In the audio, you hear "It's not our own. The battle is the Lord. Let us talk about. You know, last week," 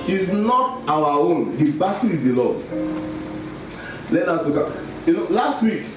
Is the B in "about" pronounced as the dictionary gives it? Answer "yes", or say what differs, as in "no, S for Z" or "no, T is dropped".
no, B is dropped